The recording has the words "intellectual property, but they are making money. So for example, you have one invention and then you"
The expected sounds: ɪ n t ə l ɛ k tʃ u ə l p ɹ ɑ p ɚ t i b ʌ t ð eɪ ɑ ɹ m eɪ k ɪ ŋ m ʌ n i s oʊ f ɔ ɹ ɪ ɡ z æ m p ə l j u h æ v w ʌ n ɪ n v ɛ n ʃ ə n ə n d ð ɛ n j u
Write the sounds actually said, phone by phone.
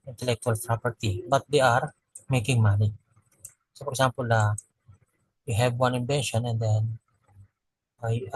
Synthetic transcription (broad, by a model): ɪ n t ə l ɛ k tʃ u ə l p ɹ ɑ p ɚ t i b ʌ t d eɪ ɑ ɹ m eɪ k ɪ ŋ m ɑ n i s oʊ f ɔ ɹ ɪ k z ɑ m p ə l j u h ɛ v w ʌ n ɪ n b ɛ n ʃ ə n ə n d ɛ n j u